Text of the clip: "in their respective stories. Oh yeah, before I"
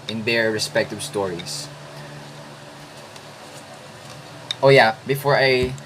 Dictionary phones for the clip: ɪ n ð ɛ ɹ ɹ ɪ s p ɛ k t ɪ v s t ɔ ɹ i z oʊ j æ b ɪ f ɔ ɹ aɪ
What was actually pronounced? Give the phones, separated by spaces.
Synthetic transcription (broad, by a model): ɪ n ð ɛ ɹ ɹ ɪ s p ɛ k t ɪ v s t ɔ ɹ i s oʊ j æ b ɪ f ɔ ɹ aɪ